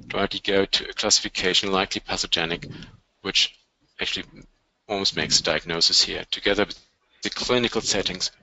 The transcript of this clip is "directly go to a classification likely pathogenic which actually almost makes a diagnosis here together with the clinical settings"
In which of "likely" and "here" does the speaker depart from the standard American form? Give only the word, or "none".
none